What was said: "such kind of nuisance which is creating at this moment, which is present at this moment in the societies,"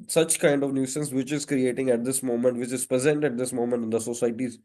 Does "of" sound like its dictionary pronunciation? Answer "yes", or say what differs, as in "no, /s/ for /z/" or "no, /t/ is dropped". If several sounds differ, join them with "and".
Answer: yes